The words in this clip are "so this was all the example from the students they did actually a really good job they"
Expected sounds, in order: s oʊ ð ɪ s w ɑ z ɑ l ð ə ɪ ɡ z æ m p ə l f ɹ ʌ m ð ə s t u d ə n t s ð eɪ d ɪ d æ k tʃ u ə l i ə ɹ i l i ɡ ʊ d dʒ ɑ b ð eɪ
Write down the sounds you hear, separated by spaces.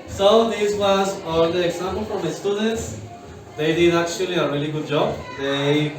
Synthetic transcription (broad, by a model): s oʊ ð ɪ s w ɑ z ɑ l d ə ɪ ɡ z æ m p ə l f ɹ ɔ m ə s t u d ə n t s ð eɪ d ɪ d æ k tʃ u ə l i ə ɹ i l i ɡ ʊ d dʒ ɑ b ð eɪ